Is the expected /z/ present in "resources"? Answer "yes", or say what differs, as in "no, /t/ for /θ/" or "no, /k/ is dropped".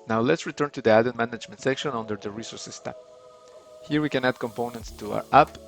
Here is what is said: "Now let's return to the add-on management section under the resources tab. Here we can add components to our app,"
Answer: no, /s/ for /z/